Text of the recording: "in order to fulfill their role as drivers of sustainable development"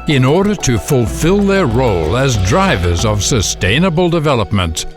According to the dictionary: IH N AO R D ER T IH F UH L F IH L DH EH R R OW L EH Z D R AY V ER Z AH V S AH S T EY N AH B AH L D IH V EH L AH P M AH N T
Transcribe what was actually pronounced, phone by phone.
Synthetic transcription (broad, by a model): IH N AO R D ER T IH F UH L F IH L DH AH R R OW L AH Z D R AY V ER Z AH V S AH S T EY N AH B AH L D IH V EH L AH P M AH N T